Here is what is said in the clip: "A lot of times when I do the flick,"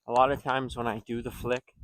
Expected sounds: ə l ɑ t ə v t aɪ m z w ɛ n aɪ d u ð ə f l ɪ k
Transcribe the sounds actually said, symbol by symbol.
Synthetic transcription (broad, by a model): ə l ɑ t ə v t aɪ m z w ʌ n aɪ d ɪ ð ə f l ɪ k